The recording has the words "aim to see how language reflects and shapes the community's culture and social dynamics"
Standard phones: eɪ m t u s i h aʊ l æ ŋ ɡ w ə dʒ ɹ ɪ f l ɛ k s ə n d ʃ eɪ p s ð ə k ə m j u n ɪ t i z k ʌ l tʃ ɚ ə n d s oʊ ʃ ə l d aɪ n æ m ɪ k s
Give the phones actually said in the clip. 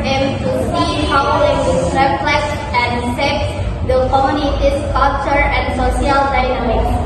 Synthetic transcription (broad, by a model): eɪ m t u s i h aʊ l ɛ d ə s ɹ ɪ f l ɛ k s ə n d s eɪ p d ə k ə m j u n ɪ t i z k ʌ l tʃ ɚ ə n d s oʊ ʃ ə l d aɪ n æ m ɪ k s